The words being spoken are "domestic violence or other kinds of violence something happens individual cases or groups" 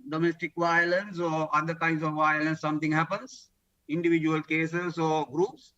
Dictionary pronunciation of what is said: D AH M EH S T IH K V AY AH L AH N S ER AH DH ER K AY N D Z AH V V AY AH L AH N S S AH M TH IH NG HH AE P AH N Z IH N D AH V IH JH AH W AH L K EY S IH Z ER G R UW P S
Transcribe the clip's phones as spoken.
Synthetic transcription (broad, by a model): D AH M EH S T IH K V AY AH L AH N S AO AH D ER K AY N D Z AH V V AY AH L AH N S S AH M T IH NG HH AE P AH N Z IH N D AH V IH JH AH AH L K EY S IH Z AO G R UW P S